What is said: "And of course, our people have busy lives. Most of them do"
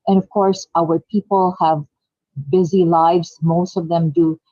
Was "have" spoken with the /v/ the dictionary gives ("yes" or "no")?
yes